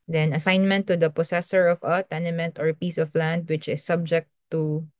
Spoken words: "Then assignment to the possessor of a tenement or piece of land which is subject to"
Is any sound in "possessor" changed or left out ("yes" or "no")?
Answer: yes